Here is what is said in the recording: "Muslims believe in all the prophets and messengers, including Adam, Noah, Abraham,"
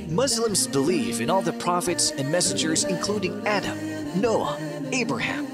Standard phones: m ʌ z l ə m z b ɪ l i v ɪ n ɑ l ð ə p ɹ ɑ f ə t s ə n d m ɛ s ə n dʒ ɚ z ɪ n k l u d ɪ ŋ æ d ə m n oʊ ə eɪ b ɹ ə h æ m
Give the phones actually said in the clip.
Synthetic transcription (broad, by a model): m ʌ z l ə m z b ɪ l i f ɪ n ɑ l ð ə p ɹ ɑ f ə t s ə n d m ɛ s ə n dʒ ɚ z ɪ n k l u d ɪ ŋ æ d ə m n oʊ ə eɪ b ɹ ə h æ m